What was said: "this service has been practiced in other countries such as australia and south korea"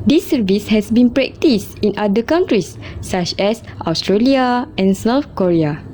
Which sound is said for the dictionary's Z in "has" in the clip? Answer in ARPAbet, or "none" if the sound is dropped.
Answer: S